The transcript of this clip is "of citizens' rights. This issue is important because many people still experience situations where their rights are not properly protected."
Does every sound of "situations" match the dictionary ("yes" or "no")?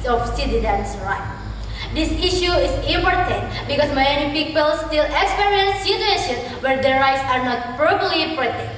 no